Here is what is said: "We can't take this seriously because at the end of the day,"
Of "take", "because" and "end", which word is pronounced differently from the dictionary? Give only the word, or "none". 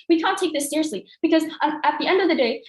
none